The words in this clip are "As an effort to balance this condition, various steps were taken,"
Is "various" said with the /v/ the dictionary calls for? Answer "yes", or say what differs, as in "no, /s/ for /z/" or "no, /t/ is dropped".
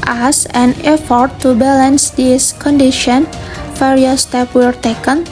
no, /f/ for /v/